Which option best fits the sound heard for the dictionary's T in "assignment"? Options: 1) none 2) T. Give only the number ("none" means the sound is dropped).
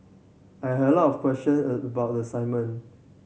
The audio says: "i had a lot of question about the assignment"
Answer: 1